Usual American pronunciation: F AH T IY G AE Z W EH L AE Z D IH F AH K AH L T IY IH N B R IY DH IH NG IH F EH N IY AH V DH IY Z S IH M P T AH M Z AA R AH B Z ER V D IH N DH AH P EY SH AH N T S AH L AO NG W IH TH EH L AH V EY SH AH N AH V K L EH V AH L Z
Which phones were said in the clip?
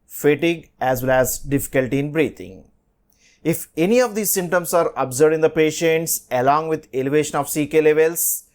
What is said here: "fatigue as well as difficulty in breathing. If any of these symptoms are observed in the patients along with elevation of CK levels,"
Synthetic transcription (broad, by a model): F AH T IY G AE Z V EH L AE Z D IH F AH K AH L T IY IH N B R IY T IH NG IH F EH N IY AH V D IY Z S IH M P T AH M S AA R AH B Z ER D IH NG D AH P EY SH AH N T S AH L AO NG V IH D EH L AH V EY SH AH N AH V K L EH V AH L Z